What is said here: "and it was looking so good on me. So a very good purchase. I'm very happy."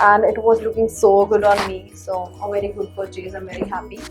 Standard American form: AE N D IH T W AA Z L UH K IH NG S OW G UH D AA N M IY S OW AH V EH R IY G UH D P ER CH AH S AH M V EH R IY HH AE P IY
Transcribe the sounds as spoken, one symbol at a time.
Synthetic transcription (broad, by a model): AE N D IH T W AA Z L UH K IH NG S OW G UH D AA N M IY S OW AH V EH R IY G UH D F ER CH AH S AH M V EH R IY HH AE P IY